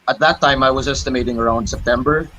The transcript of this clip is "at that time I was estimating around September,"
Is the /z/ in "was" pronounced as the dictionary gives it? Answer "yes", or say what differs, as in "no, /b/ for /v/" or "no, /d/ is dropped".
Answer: yes